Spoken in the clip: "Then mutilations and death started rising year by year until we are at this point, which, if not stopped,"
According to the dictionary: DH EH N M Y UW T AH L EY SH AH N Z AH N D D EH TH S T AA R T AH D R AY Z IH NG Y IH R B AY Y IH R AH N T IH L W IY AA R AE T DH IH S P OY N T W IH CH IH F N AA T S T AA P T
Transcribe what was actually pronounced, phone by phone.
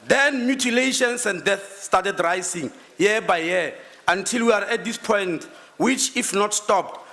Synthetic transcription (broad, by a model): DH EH N M Y UW T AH L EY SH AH N S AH N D D EH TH S T AA T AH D R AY S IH NG Y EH B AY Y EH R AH N T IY L W IY AA R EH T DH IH S P OY N T W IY CH IH F N AA T S T AA P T